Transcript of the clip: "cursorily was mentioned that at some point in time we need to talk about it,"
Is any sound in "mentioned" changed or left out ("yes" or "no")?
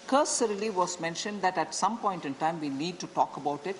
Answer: no